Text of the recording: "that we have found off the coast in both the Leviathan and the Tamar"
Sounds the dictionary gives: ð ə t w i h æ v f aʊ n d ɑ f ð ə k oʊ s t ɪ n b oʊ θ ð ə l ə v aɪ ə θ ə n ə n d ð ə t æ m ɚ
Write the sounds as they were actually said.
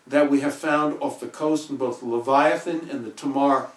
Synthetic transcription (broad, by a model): ð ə t w i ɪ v f aʊ n d ɑ f ð ə k oʊ s t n b oʊ θ l ə v aɪ ə θ ə n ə n ð ə t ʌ m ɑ